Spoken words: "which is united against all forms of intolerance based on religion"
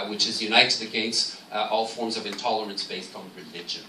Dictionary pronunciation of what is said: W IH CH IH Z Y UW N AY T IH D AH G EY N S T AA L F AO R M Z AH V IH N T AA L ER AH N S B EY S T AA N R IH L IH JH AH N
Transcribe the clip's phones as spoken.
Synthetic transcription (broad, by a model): W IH CH IH Z Y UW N AY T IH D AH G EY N S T AA L F AO R M Z AH V IH N T AA L ER AH N S B EY S T N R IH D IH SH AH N